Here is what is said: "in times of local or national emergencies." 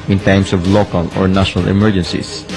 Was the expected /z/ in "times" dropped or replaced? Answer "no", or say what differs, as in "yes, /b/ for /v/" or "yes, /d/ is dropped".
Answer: yes, /s/ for /z/